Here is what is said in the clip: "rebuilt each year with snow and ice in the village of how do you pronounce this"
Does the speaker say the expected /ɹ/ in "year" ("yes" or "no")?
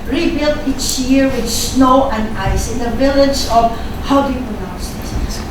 yes